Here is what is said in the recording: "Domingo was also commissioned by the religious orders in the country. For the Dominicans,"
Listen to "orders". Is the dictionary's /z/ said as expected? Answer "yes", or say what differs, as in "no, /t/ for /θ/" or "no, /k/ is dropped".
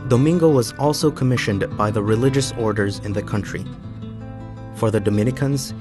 yes